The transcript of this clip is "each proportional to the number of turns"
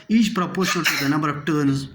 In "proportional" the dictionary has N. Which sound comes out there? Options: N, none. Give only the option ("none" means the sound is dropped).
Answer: none